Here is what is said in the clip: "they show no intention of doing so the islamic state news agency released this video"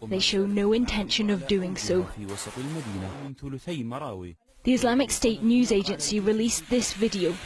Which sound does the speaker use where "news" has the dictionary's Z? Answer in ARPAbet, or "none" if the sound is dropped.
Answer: Z